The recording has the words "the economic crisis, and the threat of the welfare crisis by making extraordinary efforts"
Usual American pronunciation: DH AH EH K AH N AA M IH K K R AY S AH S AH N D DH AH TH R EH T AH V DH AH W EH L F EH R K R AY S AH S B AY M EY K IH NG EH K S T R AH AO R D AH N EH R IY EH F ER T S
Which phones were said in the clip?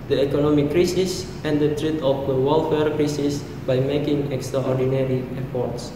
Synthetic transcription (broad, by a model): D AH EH K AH N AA M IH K K R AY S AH S AH N D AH T R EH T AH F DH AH W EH L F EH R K R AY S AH S B AY M EY K IH NG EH K S T R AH AO R D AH N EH R IY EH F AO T S